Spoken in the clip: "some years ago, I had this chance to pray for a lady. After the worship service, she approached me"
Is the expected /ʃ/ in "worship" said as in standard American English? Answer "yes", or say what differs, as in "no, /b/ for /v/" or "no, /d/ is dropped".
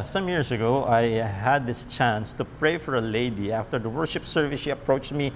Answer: yes